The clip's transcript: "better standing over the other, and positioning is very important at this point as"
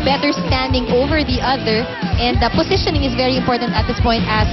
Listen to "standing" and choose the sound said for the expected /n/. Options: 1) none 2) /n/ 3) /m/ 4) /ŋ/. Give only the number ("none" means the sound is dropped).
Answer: 2